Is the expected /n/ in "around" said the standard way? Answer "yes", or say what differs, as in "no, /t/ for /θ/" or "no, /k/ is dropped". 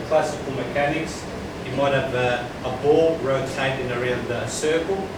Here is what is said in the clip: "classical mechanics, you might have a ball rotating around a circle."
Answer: no, /n/ is dropped